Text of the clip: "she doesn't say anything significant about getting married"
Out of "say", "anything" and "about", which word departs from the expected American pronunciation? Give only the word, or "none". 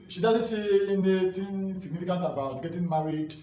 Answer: anything